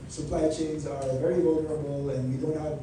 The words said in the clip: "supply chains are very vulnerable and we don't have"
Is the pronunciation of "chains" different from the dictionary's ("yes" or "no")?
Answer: no